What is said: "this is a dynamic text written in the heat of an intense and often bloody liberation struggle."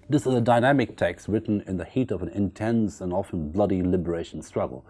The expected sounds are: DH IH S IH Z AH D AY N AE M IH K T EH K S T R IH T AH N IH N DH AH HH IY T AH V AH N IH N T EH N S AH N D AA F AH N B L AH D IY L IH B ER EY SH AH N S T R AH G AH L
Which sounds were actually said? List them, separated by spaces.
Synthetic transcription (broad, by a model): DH IH S IH Z AH D AY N AE M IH K T EH K S T R IH T N IH N DH AH HH IY T AH V AH N IH N T EH N S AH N AA F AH N B L AH D IY L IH B ER EY SH N S T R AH G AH L